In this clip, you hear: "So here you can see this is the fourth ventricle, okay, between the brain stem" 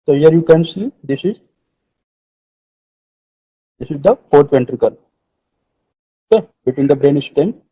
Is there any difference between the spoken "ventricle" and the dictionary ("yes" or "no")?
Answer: no